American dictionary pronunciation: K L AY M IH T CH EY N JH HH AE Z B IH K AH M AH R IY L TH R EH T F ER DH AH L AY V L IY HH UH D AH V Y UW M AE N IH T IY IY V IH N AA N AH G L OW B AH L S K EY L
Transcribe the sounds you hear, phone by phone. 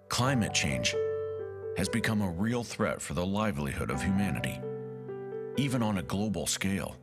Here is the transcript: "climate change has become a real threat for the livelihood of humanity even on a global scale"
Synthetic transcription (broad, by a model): K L AY M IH T CH EY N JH HH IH Z B IH K AH M AH R IY L TH R EH T F ER DH AH L AY V L IY HH UH D AH V Y UW M AE N IH T IY IY V IH N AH N AH G L OW B L S K EY L